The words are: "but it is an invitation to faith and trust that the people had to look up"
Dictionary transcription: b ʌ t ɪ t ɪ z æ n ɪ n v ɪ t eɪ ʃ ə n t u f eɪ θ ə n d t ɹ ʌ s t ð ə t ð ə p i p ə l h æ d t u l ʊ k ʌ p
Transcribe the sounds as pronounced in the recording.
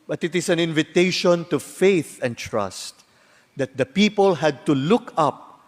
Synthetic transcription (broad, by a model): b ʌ t ɪ t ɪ s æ n ɪ n v ɪ t eɪ ʃ ə n t u f eɪ θ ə n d t ɹ ʌ s t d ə t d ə p i p ə l h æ d t u l ʊ k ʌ p